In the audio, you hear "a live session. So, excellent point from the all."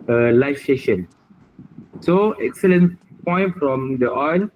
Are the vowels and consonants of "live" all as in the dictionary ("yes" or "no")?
no